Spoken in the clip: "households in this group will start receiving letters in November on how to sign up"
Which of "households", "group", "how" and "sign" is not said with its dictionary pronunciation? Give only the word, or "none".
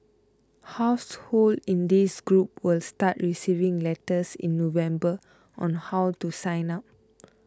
households